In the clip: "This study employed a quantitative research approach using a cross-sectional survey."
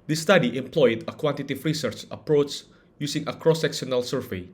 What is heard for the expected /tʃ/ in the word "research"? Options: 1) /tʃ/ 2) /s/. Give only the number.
1